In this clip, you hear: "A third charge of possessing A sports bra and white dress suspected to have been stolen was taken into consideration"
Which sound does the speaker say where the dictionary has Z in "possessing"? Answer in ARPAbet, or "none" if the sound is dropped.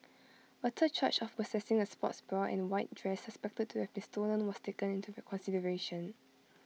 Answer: S